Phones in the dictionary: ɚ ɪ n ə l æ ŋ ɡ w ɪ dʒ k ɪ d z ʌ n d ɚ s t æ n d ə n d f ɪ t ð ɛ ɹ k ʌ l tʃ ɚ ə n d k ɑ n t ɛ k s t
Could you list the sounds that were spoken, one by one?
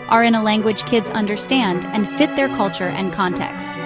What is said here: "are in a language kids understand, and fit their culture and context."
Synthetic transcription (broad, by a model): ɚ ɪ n ə l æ ŋ ɡ w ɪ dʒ k ɪ d z ʌ n d ɚ s t æ n d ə n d f ɪ t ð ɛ ɹ k ʌ l tʃ ɚ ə n k ɑ n t ɛ k s t